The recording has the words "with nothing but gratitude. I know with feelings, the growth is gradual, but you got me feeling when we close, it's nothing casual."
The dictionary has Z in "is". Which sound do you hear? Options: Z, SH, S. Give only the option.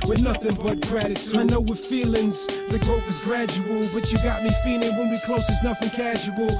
Z